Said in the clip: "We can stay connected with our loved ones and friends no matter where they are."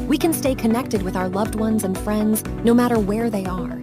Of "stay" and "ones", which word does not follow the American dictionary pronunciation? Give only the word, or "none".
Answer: none